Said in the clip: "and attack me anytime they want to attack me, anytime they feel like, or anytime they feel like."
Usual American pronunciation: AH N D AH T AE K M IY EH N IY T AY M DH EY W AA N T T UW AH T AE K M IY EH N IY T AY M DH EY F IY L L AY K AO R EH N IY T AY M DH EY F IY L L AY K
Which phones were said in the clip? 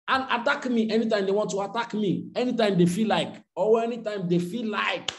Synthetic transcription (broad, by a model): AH N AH T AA K M IY EH N IY T AY M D EY W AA N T T UW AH T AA K M IY EH N IY T AY M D EY F IY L L AY K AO W EH N IY T AY M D EY F IY L L AY K